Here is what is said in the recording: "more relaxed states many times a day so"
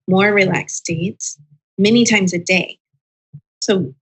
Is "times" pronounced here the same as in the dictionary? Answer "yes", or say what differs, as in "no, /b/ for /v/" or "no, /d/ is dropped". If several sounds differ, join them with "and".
yes